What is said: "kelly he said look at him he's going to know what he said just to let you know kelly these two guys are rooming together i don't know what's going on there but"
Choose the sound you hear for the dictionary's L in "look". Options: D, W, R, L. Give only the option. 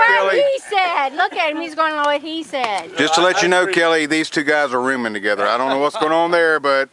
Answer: L